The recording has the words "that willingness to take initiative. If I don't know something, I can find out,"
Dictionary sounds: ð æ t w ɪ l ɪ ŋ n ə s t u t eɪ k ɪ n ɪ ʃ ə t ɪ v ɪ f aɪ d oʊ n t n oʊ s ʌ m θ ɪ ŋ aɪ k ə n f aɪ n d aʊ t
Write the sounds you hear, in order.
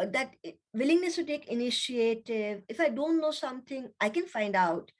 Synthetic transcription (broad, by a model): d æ t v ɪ l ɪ ŋ n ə s t u t eɪ k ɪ n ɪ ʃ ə t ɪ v ɪ f aɪ d oʊ n t n oʊ s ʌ m t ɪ ŋ aɪ k ə n f aɪ n d aʊ t